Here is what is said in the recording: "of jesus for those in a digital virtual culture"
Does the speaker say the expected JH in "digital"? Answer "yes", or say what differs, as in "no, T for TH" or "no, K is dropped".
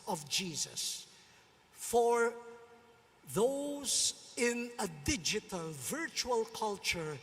yes